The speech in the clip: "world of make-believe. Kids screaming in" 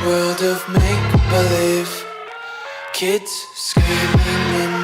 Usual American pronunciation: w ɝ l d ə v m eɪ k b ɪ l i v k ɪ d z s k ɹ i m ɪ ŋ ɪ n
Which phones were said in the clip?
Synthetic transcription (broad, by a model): w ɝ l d ə v m eɪ k b ɪ l i v k ɪ d z s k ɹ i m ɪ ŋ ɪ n